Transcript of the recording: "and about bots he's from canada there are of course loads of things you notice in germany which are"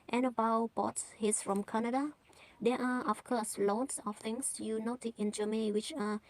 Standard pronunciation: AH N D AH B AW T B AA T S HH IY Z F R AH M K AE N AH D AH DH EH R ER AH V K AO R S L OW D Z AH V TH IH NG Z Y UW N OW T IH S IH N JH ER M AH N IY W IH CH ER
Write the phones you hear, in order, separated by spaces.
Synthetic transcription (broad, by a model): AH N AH B AW B AA T S HH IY S F R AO M K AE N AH D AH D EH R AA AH F K AO S L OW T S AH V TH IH NG S Y UW N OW T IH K IH N JH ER M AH N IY W IH CH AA